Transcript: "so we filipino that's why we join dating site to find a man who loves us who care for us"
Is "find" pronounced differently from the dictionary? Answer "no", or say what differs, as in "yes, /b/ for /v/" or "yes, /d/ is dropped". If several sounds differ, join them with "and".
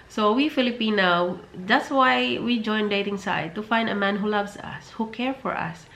no